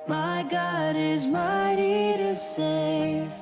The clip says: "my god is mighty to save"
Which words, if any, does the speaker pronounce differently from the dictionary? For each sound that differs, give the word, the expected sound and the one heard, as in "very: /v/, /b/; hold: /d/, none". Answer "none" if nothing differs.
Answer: none